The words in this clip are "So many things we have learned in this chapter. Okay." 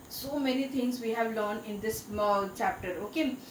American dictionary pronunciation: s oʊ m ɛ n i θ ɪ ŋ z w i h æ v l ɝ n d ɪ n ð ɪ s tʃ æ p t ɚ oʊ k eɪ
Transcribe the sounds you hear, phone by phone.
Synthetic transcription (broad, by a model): s oʊ m ɛ n i t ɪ ŋ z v i h æ v l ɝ n ɪ n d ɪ s tʃ æ p t ɚ oʊ k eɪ